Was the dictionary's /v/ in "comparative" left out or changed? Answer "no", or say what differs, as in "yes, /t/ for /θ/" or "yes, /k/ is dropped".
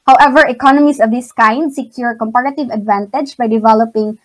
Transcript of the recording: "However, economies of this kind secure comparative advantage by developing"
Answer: no